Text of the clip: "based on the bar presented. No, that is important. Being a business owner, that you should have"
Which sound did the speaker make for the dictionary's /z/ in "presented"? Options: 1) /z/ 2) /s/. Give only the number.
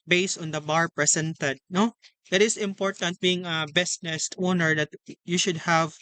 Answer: 2